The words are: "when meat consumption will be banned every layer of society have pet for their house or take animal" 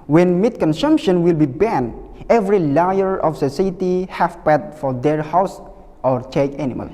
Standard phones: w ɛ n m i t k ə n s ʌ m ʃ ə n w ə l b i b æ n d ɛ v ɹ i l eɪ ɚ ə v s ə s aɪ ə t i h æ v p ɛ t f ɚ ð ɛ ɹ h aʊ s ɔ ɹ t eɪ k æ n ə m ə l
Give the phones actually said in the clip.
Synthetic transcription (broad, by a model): w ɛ n m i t k ə n s ʌ m ʃ ə n w ə l b i b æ n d ɛ v ɹ i l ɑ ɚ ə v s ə s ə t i h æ f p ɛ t f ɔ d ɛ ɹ h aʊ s ɔ ɹ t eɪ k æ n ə m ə l